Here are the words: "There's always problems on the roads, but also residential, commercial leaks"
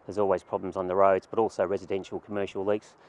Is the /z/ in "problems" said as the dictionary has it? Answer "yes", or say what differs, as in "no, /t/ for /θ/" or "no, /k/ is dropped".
yes